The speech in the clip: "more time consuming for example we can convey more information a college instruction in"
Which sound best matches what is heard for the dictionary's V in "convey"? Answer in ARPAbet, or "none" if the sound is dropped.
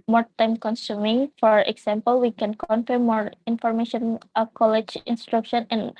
F